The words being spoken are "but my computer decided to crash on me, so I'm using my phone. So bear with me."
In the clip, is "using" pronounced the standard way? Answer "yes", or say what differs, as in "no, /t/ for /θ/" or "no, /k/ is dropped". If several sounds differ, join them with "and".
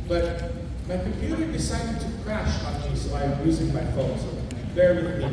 yes